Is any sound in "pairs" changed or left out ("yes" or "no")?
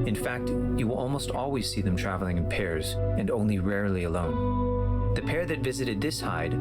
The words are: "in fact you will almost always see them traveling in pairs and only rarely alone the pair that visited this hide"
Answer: no